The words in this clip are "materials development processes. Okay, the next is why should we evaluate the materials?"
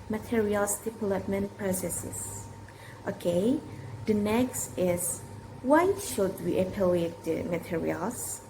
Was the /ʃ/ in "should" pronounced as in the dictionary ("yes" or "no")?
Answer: yes